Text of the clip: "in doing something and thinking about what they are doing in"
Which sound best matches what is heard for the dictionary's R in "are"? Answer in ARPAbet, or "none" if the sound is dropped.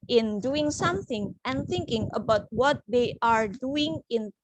R